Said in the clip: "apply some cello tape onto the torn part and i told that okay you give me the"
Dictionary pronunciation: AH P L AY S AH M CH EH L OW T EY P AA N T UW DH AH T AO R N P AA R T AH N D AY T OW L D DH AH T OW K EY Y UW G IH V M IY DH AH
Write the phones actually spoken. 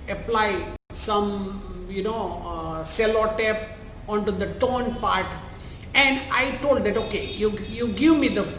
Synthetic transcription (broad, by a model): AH P L AY S AH M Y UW N OW S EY P AA N T UW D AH T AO N P AA R T AH N D AY T OW L D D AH T OW K EY Y UW G IH V M IY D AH